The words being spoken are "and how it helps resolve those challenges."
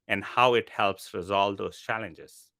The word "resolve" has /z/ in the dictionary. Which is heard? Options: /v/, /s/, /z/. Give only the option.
/z/